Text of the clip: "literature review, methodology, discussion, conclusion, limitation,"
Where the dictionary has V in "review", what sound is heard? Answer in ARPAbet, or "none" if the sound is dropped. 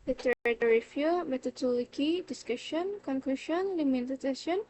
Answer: F